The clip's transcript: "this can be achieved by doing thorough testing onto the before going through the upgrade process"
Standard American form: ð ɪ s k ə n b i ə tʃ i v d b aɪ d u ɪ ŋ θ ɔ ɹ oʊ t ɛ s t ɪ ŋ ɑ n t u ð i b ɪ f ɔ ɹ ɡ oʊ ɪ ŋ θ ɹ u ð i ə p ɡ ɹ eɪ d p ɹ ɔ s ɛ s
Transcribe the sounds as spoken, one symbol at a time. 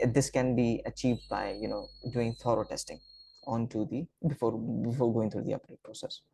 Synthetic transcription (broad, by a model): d ɪ s k ə n b i ə tʃ i v d b aɪ d u ɪ ŋ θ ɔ ɹ oʊ t ɛ s t ɪ ŋ ɑ n t u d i b ɪ f ɔ ɹ ɡ oʊ ɪ ŋ t ɹ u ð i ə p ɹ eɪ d p ɹ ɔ s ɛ s